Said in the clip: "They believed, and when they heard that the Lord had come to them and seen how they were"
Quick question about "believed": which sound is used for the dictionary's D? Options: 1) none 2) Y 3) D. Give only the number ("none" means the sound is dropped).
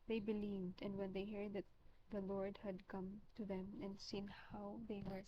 3